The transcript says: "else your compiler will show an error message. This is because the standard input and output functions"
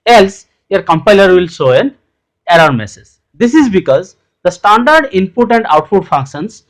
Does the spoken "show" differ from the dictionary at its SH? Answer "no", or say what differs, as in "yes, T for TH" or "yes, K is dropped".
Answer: yes, S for SH